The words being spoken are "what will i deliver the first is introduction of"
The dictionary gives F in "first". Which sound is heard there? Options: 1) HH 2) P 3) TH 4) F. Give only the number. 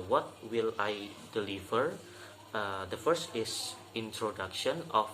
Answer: 4